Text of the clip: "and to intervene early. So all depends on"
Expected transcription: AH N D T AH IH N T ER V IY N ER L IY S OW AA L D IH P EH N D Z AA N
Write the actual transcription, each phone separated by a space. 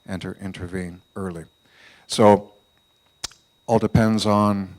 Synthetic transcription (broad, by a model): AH N T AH IH N T ER V IY N ER L IY S OW AA L D IH P EH N D Z N